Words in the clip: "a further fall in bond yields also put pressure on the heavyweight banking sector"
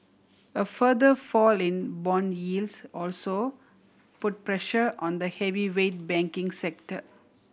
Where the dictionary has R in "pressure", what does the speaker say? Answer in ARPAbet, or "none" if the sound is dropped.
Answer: R